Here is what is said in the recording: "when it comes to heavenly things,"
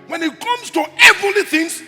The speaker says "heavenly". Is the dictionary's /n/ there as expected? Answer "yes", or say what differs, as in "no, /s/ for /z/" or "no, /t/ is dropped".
no, /n/ is dropped